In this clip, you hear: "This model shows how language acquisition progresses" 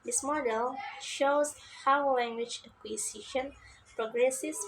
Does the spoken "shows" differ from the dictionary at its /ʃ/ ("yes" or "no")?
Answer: no